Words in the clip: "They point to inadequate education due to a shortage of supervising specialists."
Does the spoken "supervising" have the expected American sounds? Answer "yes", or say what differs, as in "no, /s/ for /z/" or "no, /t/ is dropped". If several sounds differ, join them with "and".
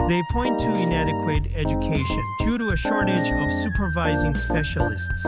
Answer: yes